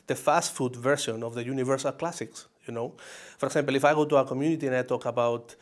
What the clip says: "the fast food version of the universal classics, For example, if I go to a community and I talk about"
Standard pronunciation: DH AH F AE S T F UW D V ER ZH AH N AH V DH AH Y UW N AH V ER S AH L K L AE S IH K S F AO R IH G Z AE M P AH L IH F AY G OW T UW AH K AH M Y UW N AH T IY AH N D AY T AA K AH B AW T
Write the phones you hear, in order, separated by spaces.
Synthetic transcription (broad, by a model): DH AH F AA S T F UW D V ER S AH N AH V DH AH Y UW N AH V ER S AH L K L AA S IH K S F AO R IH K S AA M P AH L IH F AY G OW T UW AH K AH M Y UW N AH T IY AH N AY T AA K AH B AW T